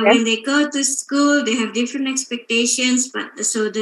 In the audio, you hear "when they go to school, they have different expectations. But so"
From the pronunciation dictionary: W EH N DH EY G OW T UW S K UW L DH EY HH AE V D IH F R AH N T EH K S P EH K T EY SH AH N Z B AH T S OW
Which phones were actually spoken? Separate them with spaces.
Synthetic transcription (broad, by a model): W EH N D EY G OW T UW S K UW L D EY HH AE V D IH F R AH N T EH K S P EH K T EY SH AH N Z B AH T S OW